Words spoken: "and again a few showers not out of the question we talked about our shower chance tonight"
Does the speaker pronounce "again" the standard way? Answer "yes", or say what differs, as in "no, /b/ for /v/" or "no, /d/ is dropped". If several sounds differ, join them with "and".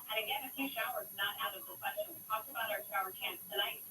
no, /n/ is dropped